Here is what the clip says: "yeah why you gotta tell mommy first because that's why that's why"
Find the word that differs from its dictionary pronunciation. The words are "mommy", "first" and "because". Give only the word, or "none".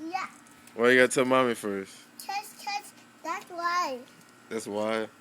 because